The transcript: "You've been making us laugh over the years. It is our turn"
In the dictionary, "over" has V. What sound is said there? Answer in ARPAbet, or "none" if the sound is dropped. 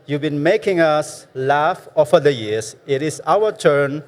F